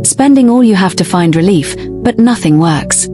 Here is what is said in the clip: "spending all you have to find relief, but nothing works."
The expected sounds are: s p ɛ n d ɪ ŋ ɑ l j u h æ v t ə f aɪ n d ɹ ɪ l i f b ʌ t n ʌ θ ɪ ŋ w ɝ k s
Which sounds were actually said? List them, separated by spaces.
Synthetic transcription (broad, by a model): s p ɛ n d ɪ ŋ ɑ l j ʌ h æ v t ə f aɪ n d ɹ ɪ l i f b ʌ t n ʌ θ ɪ ŋ w ɝ k s